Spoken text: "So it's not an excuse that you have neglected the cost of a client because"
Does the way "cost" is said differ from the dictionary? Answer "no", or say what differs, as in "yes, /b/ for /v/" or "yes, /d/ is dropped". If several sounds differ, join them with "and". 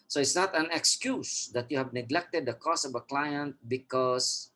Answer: yes, /t/ is dropped